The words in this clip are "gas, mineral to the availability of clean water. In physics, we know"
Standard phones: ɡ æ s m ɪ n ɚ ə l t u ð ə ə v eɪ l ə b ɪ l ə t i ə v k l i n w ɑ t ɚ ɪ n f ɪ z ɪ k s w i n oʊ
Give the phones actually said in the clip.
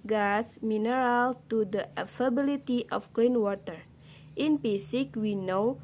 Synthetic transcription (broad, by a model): ɡ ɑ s m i n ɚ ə l t u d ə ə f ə b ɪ l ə t i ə f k l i n w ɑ t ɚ ɪ n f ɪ s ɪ k w i n oʊ